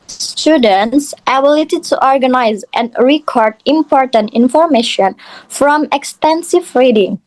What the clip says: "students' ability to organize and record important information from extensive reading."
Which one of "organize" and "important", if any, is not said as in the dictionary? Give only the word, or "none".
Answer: none